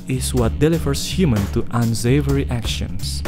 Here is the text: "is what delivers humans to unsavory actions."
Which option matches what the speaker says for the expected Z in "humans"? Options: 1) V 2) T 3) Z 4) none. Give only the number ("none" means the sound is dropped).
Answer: 4